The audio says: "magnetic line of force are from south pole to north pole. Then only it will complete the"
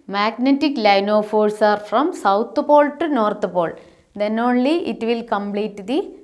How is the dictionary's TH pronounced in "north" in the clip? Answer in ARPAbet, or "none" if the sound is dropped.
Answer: T